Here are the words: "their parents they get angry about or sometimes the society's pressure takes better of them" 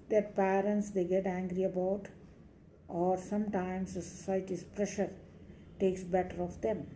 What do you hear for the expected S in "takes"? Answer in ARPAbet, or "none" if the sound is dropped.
S